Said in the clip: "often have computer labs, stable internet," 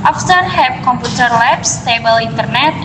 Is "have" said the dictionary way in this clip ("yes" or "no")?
no